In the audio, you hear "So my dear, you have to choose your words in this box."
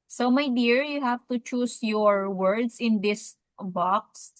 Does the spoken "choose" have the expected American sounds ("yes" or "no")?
no